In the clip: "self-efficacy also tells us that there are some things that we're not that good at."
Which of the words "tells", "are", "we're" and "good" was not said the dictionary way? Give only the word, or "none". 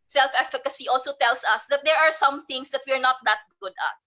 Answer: tells